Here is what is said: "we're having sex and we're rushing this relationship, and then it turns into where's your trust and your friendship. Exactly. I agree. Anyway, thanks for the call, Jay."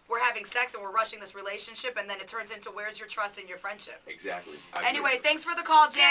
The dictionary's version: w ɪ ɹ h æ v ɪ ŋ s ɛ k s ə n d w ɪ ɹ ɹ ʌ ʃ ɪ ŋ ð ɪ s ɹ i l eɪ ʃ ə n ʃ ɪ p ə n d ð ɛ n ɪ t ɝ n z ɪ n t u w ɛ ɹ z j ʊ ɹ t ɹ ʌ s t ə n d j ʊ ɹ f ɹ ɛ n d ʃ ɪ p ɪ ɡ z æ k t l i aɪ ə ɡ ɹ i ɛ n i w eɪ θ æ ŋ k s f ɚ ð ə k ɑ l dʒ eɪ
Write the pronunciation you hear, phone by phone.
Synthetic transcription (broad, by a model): w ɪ ɹ h æ v ɪ ŋ s ɛ k s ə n w ɪ ɹ ɹ ʌ ʃ ɪ ŋ ð ɪ s ɹ i l eɪ ʃ ə n ʃ ɪ p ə n ð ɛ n ɪ t ɝ n z ɪ n t u w ɛ ɹ z j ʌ ɹ t ɹ ʌ s t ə n j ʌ ɹ f ɹ ɛ n d ʃ ɪ p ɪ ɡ z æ k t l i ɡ ɛ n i w eɪ θ æ ŋ k s f ɚ ð ə k ɑ l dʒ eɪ